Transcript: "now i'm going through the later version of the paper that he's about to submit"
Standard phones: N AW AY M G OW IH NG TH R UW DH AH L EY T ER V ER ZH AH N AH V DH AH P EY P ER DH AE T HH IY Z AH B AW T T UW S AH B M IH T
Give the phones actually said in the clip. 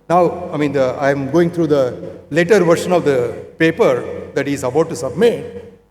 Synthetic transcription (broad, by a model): N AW AY M G OW IH NG T R UW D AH L EY T ER V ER SH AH N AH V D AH P EY P ER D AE T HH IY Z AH B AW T T UW S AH B M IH T